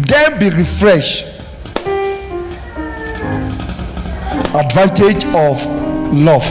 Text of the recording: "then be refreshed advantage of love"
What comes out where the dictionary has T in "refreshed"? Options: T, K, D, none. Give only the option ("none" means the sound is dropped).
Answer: none